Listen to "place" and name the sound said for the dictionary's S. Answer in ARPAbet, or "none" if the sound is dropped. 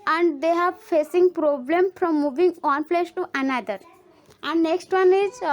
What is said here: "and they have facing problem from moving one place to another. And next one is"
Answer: SH